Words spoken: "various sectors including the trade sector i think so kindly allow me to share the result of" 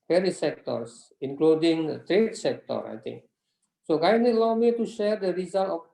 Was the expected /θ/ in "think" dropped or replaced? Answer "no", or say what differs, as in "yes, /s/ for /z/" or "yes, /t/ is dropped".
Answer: yes, /t/ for /θ/